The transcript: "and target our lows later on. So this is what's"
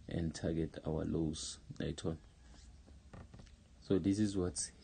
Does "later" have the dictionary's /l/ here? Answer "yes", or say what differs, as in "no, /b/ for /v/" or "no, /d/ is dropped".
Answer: no, /n/ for /l/